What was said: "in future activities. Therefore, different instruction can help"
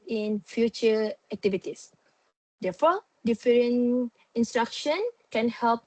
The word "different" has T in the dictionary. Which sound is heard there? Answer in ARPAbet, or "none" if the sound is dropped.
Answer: none